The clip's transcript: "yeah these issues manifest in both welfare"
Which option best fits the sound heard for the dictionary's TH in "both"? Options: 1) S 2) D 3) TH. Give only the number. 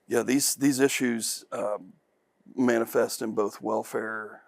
3